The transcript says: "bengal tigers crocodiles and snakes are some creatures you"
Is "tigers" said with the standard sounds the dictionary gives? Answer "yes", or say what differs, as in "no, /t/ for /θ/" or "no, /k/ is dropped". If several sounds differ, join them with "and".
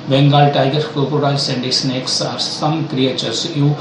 no, /z/ is dropped